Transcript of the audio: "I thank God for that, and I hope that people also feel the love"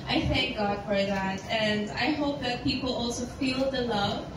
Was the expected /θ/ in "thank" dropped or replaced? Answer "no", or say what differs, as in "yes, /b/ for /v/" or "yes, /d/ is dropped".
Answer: no